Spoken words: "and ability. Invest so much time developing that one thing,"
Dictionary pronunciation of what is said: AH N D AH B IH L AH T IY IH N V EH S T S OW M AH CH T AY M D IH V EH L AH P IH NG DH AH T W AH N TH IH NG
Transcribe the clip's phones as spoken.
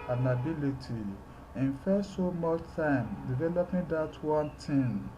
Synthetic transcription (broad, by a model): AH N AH B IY L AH T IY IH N F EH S S OW M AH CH T AY M D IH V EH L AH P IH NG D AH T W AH N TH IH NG